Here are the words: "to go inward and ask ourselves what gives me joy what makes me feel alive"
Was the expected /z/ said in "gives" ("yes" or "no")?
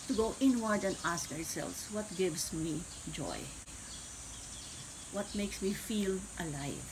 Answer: no